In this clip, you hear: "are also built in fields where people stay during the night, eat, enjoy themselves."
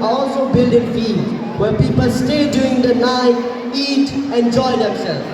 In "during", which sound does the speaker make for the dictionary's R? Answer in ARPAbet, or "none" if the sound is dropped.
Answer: none